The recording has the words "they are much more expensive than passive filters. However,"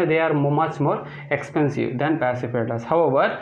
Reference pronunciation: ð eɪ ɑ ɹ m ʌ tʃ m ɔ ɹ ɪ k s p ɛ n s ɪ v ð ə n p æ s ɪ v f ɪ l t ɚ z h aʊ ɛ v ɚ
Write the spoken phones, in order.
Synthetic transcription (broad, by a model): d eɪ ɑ ɹ m ʌ tʃ m ɔ ɹ ɪ k s p ɛ n s ɪ v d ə n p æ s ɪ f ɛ t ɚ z h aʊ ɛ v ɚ